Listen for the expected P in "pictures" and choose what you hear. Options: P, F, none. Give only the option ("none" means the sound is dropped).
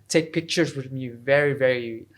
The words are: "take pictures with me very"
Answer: P